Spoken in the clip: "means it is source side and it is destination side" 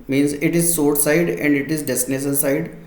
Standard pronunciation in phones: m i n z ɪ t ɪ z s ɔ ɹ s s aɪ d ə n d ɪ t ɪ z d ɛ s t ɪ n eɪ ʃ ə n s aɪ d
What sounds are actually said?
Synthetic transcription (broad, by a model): m i n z ɪ t ɪ z s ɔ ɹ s s aɪ d ə n d ɪ t ɪ z d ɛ s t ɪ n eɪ s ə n s aɪ d